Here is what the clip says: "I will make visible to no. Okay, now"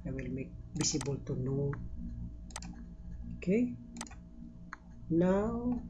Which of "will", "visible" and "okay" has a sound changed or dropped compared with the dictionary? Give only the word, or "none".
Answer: visible